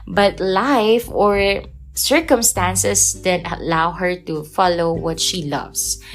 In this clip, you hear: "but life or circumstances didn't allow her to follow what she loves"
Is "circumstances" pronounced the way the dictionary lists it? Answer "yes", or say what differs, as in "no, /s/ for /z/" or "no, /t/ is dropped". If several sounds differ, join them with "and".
no, /s/ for /z/